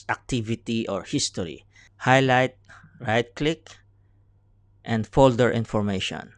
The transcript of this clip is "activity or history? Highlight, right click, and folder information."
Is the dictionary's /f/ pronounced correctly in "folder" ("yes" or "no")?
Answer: yes